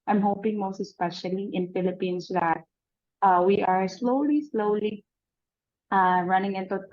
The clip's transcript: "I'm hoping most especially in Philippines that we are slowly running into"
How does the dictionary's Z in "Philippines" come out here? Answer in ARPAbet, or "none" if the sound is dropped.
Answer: S